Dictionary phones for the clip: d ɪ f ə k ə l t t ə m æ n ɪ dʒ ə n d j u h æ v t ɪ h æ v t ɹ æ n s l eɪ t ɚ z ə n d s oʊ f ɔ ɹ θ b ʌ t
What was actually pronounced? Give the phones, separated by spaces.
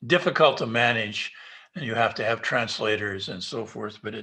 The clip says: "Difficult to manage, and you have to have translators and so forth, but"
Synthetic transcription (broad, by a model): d ɪ f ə k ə l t t ə m æ n ɪ dʒ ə n j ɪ h æ f t ɪ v t ɹ æ n s l eɪ t ɚ z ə n s oʊ f ɔ ɹ θ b ʌ t